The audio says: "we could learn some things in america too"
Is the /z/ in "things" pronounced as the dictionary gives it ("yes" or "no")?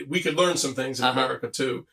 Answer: yes